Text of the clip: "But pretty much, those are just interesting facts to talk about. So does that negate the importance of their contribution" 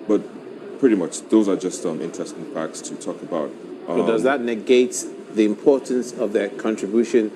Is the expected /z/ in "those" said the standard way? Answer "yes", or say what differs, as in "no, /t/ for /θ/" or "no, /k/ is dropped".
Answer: yes